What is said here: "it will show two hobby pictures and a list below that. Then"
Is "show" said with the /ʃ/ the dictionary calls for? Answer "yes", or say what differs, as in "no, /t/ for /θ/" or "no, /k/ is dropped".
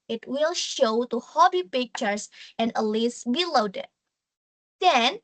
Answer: yes